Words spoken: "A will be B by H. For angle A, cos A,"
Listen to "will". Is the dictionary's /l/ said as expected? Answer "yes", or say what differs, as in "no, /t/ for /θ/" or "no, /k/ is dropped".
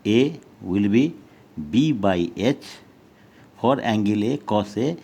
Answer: yes